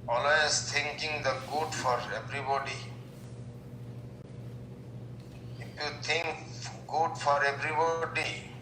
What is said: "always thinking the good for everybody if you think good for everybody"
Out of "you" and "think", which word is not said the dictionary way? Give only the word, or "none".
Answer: think